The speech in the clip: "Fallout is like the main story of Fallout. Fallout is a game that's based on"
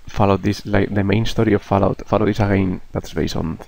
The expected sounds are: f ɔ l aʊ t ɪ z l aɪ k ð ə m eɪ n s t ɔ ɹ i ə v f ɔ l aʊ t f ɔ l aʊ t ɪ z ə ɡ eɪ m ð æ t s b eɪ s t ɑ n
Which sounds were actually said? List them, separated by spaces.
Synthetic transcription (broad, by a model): f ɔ l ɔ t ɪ s l aɪ k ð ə m eɪ n s t ɔ ɹ i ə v f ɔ l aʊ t f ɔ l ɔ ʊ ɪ s ə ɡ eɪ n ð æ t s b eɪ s ɑ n